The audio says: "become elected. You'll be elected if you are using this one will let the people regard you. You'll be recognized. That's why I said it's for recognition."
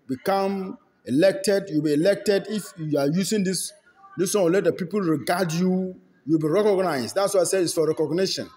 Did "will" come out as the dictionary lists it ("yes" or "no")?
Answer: no